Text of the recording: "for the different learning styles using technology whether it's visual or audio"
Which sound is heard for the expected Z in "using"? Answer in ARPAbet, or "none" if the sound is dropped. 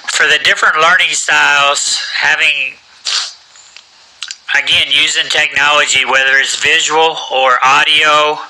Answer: Z